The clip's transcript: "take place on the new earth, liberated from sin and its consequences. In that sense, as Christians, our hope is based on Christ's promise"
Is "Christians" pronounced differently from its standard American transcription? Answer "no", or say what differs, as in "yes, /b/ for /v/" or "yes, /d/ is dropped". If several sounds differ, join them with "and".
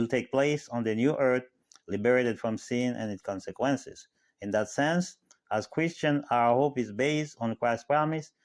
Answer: yes, /z/ is dropped